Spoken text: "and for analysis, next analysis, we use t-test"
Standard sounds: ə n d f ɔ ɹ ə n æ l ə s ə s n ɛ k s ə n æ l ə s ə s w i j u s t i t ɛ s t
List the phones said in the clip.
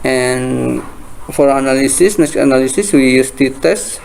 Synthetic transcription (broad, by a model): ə n f ɔ ɹ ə n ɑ l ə s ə s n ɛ s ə n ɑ l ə s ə s w i j u s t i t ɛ s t